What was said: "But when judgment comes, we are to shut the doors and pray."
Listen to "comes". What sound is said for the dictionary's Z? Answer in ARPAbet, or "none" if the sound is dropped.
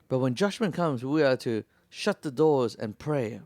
Z